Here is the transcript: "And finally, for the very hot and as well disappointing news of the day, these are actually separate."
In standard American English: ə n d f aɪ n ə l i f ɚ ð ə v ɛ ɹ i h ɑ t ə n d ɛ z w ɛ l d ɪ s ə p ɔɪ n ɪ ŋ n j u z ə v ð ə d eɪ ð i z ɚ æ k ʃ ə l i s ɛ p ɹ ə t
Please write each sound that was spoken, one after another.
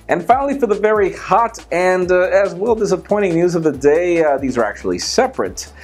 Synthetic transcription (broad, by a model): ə n f aɪ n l i f ɚ ð ə v ɛ ɹ i h ɑ t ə n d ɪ z w ɛ l d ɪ s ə p ɔɪ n ɪ ŋ n j u z ə v ð ə d eɪ ð i z ɚ æ k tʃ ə l i s ɛ p ɹ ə t